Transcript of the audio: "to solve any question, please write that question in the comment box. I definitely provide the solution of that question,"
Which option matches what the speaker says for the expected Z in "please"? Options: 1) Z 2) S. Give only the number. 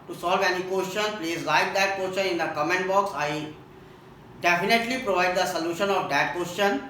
2